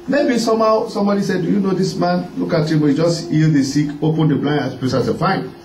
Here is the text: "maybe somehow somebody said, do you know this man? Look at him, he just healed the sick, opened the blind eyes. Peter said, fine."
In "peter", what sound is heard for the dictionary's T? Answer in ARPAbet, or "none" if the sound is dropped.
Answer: S